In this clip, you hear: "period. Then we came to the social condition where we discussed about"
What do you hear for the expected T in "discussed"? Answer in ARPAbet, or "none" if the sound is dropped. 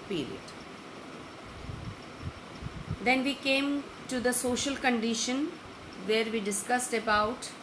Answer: T